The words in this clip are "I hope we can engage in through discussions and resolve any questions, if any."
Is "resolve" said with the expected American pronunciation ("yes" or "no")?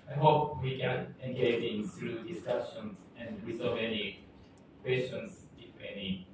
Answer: no